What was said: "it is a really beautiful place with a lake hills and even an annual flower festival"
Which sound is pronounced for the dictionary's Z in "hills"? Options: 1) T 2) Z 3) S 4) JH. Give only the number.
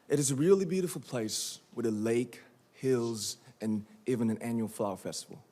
2